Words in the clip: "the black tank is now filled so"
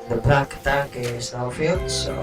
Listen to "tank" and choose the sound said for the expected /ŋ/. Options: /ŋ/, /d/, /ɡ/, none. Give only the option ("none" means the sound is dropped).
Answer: none